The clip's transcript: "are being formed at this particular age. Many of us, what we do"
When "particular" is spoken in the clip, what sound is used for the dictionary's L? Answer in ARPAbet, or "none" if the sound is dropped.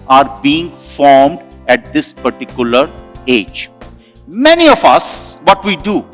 L